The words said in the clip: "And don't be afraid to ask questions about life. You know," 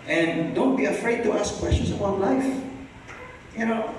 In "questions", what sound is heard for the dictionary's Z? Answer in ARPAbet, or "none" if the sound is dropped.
S